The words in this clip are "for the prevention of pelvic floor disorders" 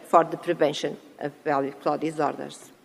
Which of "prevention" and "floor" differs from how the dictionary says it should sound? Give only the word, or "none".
floor